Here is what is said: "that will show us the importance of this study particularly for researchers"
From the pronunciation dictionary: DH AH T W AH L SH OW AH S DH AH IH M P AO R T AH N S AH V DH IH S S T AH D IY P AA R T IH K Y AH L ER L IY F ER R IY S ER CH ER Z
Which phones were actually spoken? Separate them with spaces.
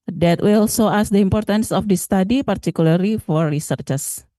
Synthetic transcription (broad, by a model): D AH T W AH L S OW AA S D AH IH M P AO R T AH N S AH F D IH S S T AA D IY P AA R T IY K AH L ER L IY F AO R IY S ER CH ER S